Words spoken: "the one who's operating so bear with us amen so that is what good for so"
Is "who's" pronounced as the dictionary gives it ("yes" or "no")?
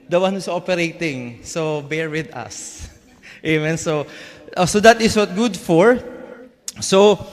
no